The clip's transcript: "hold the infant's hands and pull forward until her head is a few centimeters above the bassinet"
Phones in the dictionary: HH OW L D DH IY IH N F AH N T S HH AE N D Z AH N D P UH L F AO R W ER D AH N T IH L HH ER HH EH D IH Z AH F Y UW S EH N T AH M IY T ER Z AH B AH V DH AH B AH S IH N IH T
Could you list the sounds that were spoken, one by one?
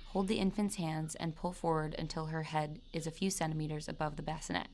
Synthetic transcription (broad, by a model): HH OW L D DH IY IH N F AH N T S HH AE N D Z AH N P UH L F AO R W ER D AH N T IH L ER HH EH D IH Z AH F Y UW S EH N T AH M IY T ER Z AH B AH V DH AH B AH S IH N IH T